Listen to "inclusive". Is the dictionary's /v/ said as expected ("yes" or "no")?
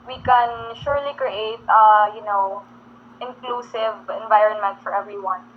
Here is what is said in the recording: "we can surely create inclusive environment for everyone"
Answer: yes